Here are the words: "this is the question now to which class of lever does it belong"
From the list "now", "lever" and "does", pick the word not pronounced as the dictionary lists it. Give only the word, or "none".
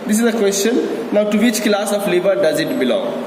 lever